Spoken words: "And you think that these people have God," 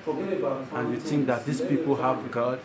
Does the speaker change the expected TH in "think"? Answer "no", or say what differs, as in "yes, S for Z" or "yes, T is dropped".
yes, T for TH